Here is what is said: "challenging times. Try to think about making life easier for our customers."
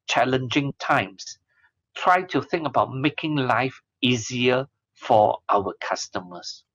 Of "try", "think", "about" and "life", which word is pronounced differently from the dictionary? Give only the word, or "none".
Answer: none